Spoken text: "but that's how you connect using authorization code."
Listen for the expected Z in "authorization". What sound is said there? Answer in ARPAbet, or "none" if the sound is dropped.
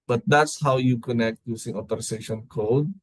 S